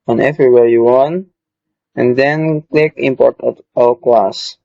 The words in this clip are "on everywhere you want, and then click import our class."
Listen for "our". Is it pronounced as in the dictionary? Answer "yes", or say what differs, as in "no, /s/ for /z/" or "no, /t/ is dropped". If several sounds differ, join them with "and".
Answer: no, /l/ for /ɹ/